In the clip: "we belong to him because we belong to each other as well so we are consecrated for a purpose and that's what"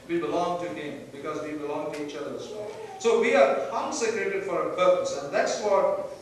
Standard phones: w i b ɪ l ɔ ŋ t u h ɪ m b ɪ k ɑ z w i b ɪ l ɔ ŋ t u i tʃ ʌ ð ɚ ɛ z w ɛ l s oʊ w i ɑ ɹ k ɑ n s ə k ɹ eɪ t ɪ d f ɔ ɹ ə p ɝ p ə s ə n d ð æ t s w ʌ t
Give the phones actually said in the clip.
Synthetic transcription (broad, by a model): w i b ɪ l ɔ ŋ t u h ɪ m b ɪ k ɑ z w i b ɪ l ɔ ŋ t u i tʃ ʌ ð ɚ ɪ s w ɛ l s oʊ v i ɑ ɹ k ɑ n s ə k ɹ eɪ t ɪ d f ɔ ɹ ə p ɝ p ə s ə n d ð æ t s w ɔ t